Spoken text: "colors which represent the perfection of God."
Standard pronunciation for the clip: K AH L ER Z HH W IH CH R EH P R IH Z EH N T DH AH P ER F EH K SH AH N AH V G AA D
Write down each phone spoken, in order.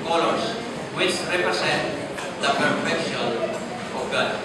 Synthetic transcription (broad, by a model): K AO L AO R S W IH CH R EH P R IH S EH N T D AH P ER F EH K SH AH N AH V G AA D